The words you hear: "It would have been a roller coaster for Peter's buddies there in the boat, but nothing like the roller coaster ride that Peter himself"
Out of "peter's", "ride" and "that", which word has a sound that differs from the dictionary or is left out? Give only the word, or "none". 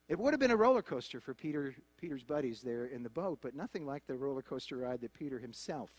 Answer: none